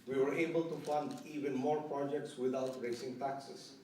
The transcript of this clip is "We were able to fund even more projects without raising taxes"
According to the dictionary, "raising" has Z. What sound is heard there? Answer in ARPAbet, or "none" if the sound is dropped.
S